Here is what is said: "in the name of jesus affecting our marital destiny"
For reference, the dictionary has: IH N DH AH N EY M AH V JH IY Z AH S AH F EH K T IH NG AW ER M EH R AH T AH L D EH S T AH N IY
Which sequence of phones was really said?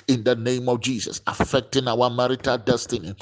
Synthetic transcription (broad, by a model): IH N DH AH N EY M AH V JH IY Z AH S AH F EH K T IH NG AW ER M EH R AH T AH L D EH S T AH N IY